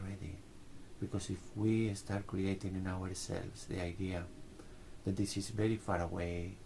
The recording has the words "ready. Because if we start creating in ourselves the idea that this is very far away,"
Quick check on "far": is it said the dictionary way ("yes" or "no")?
yes